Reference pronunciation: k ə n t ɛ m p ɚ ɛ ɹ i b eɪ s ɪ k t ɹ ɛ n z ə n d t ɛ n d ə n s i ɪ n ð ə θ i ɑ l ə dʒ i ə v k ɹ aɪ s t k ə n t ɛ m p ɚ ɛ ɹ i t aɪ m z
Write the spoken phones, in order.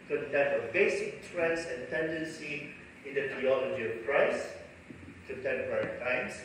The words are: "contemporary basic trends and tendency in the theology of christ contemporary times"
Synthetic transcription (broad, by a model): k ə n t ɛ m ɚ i b eɪ s ɪ k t ɹ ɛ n s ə n t ɛ n d ə n s i ɪ n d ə t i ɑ l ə dʒ i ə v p ɹ aɪ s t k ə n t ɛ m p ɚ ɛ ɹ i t aɪ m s